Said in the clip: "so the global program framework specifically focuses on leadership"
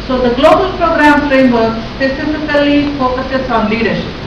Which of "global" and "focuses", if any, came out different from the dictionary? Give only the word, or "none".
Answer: focuses